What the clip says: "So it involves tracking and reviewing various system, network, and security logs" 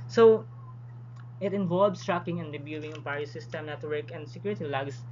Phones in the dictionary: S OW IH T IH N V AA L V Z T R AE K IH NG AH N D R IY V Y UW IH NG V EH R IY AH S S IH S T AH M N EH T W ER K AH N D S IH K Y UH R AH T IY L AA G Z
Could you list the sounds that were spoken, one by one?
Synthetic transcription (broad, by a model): S OW IH T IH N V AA L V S T R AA K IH NG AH N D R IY B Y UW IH NG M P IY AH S S IH S T AH M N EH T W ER K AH N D S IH K Y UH R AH T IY L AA G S